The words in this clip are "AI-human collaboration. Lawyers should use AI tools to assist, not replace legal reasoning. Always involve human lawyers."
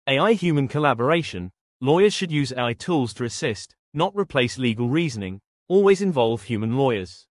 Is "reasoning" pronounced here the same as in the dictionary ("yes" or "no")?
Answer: yes